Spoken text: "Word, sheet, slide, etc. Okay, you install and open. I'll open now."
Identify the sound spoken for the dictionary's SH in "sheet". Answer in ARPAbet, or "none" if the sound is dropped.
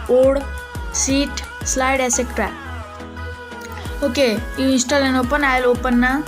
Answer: S